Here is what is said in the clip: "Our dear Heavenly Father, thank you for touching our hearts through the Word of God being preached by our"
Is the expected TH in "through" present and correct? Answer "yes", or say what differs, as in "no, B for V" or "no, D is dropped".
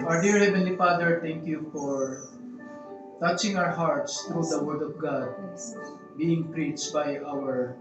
no, T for TH